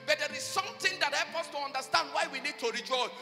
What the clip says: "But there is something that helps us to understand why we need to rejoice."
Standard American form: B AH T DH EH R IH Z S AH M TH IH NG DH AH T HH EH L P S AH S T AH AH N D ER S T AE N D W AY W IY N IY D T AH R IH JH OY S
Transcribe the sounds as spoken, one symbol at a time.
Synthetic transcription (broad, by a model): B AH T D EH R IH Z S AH M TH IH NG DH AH T HH EH L P AH S T AH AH N D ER S T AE N D W AY W IY N IY D T AH R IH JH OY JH